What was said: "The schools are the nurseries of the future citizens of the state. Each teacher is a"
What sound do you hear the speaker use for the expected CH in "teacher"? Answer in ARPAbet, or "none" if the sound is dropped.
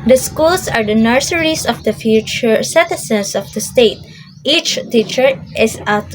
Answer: CH